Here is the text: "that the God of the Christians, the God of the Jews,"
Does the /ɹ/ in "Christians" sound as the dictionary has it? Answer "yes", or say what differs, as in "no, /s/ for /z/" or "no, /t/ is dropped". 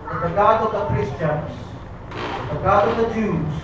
yes